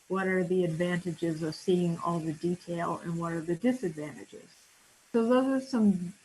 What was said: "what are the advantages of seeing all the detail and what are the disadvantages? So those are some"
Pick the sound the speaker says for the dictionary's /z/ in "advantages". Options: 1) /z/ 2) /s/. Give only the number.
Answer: 1